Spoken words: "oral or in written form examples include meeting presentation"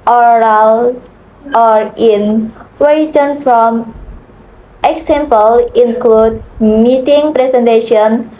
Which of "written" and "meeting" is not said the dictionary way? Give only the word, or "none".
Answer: written